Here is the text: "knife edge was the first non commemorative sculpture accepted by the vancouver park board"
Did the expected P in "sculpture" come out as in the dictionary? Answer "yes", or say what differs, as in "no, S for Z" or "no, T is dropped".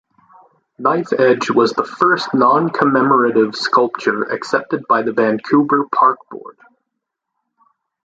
yes